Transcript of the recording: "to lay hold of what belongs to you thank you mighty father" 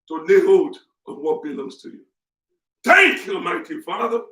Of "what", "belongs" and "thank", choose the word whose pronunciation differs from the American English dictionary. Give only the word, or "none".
thank